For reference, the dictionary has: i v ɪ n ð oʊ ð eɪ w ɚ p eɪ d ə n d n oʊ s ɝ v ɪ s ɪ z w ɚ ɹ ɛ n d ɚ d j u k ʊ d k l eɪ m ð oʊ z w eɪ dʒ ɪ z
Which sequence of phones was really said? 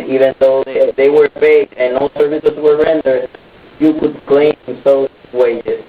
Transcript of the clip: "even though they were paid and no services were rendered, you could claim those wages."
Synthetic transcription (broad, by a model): i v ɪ n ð oʊ ð eɪ w ɚ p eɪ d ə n n oʊ s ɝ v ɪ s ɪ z w ɚ ɹ ɛ n d ɚ d j u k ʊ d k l eɪ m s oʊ w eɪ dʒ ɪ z